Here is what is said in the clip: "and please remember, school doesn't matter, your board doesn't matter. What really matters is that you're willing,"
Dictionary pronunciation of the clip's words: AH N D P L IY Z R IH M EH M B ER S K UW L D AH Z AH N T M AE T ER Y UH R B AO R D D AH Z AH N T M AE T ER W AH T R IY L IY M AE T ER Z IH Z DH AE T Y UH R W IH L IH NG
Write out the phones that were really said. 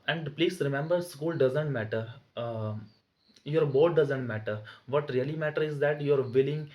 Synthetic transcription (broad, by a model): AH N D P L IY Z R IH M EH M B ER S K UW L D AH Z AH N T M AE T ER Y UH R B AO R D D AH Z AH N T M AE T ER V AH T R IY L IY M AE T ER IH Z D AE T Y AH R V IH L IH NG